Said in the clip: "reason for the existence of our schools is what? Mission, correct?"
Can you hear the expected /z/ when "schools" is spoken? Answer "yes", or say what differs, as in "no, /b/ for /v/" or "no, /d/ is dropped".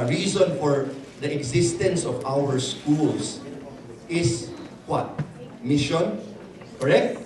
no, /s/ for /z/